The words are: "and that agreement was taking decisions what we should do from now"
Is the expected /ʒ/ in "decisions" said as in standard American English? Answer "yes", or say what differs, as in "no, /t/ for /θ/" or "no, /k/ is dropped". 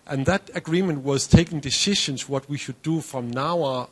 no, /ʃ/ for /ʒ/